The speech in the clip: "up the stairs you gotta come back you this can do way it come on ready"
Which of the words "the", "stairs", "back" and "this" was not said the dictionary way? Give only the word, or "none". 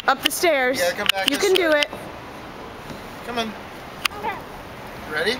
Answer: this